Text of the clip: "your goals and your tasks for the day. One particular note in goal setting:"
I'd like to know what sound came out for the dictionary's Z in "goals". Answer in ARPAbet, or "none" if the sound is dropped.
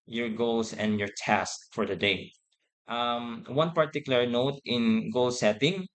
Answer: S